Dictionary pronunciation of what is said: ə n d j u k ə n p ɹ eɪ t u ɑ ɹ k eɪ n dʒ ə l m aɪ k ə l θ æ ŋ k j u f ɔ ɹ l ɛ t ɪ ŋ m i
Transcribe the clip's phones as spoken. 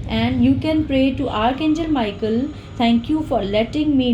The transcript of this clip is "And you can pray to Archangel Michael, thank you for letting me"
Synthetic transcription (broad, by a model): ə n d j u k ə n p ɹ eɪ t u ɑ ɹ k eɪ n dʒ ə l m aɪ k ə l t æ ŋ k j u f ɔ ɹ l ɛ t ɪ ŋ m i